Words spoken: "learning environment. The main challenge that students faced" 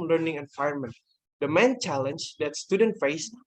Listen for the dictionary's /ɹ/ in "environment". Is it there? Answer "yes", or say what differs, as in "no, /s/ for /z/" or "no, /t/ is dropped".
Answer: no, /ɹ/ is dropped